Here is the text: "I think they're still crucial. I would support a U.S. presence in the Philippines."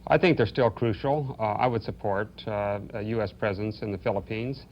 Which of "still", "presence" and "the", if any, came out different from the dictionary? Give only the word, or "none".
none